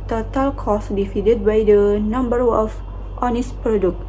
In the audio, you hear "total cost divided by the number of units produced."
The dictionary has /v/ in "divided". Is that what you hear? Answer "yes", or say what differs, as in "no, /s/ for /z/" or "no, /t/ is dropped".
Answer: no, /f/ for /v/